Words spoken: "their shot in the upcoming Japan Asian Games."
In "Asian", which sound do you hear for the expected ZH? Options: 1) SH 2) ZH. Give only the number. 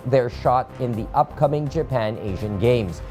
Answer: 2